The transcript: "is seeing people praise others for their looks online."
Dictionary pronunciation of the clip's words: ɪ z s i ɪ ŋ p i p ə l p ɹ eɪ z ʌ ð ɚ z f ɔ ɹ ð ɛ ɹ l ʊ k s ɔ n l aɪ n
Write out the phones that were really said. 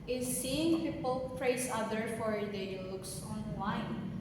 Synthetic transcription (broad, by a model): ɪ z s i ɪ ŋ p i p ə l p ɹ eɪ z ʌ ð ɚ f ɔ ɹ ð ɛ l ʊ k s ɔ n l aɪ n